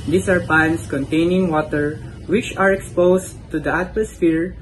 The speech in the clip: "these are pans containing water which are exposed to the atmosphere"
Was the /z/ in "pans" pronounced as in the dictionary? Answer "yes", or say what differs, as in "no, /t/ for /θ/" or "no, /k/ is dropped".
no, /s/ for /z/